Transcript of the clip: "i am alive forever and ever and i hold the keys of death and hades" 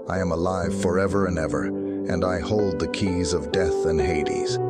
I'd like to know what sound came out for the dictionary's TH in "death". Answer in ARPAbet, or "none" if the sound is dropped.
TH